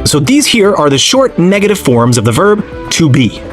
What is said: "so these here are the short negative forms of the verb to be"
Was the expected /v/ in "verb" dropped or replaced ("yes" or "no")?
no